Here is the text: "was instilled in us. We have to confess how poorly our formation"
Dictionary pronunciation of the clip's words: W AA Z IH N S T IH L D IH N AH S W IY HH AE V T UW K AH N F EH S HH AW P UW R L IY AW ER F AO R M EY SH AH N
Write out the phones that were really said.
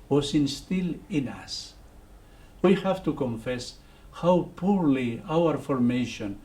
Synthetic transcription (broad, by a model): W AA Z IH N S T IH L IH N AH S W IY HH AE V T UW K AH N F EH S HH AW P UW R L IY AW ER F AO R M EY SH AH N